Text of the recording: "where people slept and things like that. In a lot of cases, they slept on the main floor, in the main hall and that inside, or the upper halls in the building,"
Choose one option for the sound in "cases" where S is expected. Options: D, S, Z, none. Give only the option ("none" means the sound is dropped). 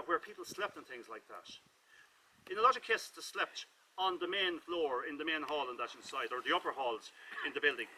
none